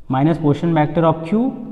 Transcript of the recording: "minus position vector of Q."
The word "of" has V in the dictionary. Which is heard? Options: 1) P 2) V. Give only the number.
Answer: 1